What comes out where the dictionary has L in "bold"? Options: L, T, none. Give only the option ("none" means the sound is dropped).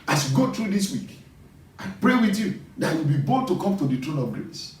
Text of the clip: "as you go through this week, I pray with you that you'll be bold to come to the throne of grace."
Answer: none